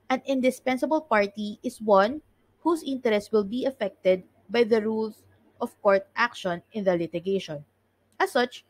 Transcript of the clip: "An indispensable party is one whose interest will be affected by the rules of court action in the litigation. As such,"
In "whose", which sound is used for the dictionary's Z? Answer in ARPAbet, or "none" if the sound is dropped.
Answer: S